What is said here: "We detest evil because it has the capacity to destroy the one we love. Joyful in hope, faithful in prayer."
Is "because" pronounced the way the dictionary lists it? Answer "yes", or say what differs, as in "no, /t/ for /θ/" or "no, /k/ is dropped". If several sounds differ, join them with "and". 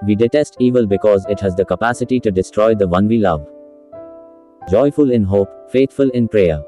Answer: yes